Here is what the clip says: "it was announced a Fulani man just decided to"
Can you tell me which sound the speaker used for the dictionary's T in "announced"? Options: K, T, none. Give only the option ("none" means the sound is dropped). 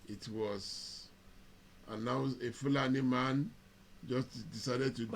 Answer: none